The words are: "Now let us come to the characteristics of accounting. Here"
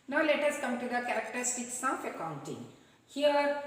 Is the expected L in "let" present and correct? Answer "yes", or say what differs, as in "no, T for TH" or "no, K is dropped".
yes